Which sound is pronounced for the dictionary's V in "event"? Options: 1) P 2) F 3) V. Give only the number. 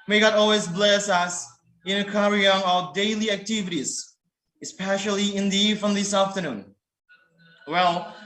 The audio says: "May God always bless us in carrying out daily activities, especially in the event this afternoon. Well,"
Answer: 2